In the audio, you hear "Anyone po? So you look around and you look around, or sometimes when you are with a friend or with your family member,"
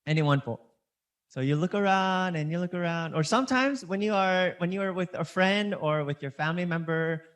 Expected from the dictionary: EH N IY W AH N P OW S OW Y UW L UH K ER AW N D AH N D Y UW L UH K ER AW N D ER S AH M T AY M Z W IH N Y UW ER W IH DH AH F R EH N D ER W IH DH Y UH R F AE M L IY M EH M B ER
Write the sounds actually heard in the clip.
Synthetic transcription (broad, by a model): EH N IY W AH N F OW S OW Y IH L UH K ER AW N D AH N Y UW L UH K ER AW N D ER S AH M T AY M Z W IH N Y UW ER W IH DH AH F R EH N D ER W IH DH Y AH R F AE M L IY M EH M B ER